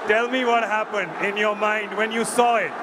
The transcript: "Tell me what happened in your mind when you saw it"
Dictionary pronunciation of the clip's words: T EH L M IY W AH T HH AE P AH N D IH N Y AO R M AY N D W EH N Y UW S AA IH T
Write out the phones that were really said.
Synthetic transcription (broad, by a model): T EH L M IY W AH T HH AE P AH N D IH N Y AO R M AY N D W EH N Y UW S AA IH T